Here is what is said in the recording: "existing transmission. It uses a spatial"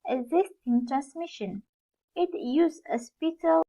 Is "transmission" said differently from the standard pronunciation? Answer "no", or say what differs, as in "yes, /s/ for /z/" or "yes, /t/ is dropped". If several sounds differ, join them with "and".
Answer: no